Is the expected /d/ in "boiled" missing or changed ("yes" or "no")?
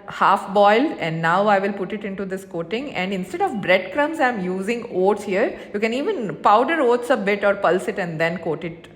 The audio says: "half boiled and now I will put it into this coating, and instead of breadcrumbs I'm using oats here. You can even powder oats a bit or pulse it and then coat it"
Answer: yes